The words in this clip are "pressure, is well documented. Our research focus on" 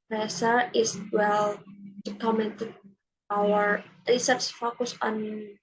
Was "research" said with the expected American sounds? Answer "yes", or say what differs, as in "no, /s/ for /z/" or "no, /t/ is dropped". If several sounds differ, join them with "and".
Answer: no, /s/ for /tʃ/